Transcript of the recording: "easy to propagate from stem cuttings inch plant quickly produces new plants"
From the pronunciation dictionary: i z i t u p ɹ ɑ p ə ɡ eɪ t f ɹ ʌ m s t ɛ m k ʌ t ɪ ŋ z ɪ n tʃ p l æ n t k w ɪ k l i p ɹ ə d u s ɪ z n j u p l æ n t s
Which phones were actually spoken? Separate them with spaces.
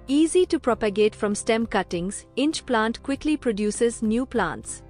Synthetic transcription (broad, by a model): i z i t u p ɹ ɑ p ə ɡ eɪ t f ɹ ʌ m s t ɛ m k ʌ t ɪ ŋ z ɪ n tʃ p l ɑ n t k w ɪ k l i p ɹ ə d u s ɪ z n j u p l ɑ n t s